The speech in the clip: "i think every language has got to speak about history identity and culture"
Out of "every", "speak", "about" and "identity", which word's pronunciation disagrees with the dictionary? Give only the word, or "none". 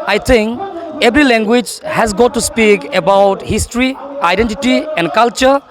every